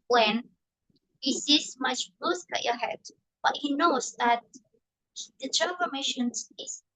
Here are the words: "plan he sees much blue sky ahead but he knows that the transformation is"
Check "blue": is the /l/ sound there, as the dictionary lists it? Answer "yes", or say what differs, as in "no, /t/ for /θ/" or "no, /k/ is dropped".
no, /l/ is dropped